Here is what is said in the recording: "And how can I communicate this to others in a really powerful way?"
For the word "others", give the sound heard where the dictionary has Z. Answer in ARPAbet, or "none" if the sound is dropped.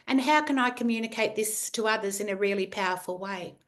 Z